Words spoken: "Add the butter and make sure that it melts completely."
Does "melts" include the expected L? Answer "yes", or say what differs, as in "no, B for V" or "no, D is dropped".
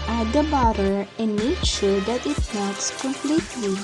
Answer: no, L is dropped